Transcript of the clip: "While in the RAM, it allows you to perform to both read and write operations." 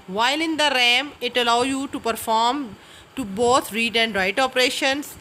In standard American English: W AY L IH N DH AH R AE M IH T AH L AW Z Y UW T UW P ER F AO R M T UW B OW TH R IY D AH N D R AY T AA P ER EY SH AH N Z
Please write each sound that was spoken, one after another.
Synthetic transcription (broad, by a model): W AY L IH N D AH R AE M IH T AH L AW Y UW T UW P ER F AO R M T UW B OW T R IY D AH N D R AY T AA P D EY SH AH N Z